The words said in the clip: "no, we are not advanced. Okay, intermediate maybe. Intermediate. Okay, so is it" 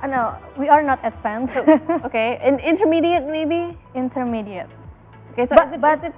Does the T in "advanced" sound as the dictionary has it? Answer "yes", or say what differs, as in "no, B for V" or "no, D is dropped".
no, T is dropped